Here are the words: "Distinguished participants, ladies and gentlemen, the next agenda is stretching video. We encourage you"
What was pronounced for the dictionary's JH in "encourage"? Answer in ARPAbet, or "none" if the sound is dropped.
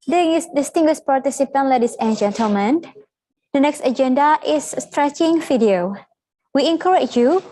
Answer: CH